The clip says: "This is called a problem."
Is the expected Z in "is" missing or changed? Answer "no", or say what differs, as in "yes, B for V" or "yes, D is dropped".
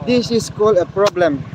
yes, S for Z